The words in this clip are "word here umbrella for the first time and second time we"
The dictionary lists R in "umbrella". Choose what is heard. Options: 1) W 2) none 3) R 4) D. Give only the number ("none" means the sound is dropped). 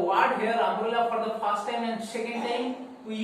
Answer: 2